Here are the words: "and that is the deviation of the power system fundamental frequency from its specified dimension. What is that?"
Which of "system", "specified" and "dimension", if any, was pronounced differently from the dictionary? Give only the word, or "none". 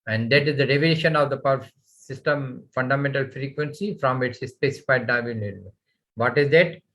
dimension